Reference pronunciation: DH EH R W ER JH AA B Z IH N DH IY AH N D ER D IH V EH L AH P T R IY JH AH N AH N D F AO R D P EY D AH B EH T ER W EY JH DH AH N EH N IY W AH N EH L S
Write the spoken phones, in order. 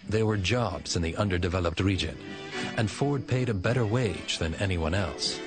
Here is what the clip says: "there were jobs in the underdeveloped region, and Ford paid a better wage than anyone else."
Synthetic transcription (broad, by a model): DH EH W ER JH AA B Z IH N DH IY AH N D ER D IH V EH L AH P T R IY JH AH N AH N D F AO R D P EY D AH B EH T ER W EY JH DH AH N EH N IY W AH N EH L S